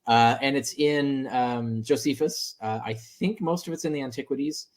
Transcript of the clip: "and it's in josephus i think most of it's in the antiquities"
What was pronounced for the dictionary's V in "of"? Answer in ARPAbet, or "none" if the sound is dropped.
V